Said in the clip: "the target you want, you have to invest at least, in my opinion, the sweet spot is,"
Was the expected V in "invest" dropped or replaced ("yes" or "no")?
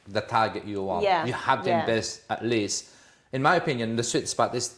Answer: yes